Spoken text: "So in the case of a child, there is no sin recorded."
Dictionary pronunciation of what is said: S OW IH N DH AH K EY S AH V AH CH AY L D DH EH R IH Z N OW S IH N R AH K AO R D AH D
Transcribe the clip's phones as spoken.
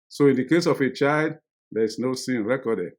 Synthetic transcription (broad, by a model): S OW IH N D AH K EY S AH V AH CH AY L D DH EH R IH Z N OW S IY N R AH K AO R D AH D